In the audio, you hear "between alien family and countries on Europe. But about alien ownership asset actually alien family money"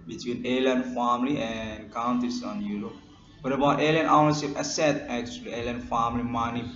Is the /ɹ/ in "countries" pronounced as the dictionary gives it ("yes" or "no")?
no